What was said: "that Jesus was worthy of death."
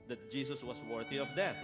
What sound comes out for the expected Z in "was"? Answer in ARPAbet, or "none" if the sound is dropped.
S